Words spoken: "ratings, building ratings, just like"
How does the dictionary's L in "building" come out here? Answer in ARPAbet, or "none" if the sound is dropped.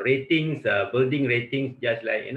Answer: L